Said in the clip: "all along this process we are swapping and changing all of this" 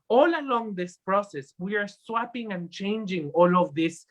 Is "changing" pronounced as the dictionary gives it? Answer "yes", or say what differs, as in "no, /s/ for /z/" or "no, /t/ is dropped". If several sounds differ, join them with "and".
yes